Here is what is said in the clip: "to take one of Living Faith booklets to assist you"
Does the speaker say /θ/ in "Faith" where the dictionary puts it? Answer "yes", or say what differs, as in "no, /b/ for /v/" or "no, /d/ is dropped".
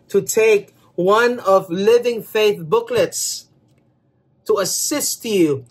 yes